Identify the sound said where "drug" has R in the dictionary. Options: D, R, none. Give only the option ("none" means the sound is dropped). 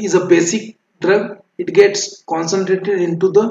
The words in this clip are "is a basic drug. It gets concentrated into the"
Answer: R